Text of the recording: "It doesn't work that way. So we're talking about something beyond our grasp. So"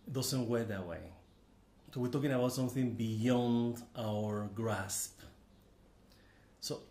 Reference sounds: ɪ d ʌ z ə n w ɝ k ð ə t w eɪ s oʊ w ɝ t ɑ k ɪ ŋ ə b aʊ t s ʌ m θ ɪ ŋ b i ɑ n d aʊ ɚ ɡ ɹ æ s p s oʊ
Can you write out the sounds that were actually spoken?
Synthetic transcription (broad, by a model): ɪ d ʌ s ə n w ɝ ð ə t w eɪ s oʊ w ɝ t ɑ k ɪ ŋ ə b aʊ t s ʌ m θ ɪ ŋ b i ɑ n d aʊ ɚ ɡ ɹ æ s p s oʊ